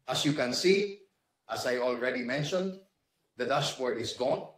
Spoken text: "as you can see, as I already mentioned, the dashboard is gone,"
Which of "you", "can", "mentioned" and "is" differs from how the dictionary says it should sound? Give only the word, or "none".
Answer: is